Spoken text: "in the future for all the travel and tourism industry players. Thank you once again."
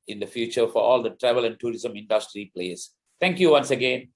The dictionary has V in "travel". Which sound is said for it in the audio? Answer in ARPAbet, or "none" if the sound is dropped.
V